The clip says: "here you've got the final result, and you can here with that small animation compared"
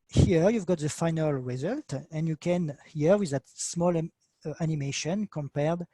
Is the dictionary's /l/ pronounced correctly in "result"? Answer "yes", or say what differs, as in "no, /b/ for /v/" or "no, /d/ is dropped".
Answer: yes